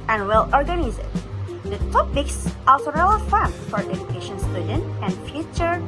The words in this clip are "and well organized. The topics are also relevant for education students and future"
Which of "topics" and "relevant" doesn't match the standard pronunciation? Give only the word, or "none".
relevant